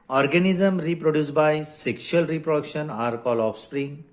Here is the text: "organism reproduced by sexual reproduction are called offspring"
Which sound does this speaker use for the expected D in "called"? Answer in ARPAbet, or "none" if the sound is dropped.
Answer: none